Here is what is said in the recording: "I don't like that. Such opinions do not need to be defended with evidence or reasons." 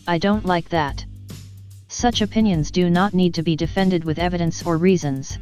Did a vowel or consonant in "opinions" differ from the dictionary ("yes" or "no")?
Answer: no